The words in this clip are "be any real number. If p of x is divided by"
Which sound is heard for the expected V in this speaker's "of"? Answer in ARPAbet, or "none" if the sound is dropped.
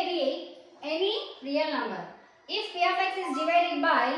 P